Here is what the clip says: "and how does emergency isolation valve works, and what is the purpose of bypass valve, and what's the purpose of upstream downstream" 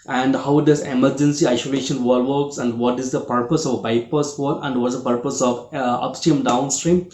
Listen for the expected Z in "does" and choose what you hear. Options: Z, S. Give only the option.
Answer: S